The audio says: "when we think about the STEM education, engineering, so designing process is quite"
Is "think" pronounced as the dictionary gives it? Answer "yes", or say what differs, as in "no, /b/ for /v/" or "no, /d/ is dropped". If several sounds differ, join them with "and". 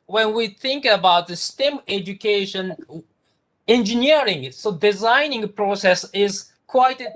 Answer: yes